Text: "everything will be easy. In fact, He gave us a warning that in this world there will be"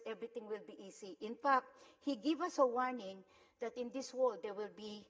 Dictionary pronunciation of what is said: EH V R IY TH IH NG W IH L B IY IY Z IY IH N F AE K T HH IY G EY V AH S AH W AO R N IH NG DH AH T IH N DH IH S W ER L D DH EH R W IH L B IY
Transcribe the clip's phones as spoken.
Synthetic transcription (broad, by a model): EH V R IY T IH NG W IH L B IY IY S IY IH N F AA K T HH IY G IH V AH S AH W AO R N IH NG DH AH T IH N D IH S W ER L D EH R W IH L B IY